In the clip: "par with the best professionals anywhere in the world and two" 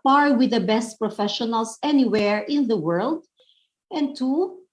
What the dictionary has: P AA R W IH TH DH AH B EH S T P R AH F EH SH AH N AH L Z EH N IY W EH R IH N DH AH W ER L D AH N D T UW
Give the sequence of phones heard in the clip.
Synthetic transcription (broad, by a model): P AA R W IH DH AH B EH S T P R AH F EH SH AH N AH L S EH N IY W EH R IH N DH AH W ER L D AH N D T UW